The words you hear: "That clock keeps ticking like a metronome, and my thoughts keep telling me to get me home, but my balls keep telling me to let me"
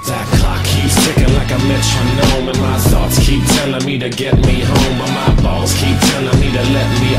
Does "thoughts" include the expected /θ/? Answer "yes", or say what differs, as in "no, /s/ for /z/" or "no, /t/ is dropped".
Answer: no, /s/ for /θ/